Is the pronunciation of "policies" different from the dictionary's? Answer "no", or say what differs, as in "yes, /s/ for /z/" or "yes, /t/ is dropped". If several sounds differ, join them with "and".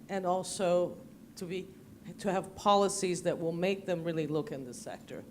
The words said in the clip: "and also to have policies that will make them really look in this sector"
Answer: no